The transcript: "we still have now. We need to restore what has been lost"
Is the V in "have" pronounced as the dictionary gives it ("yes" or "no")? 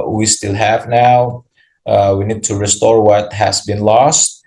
yes